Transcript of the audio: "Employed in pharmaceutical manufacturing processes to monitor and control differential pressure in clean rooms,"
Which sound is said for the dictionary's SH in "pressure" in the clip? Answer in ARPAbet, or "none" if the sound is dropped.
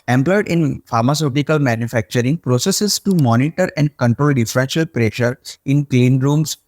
SH